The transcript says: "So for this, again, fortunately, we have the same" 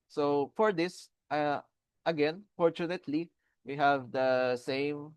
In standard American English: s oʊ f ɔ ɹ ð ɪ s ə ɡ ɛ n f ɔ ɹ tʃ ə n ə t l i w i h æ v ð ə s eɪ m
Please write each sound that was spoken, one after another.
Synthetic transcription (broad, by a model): s oʊ f ɔ ɹ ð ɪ s ə ɡ ɛ n f ɔ ɹ tʃ ə n ə t l i w i h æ v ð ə s eɪ m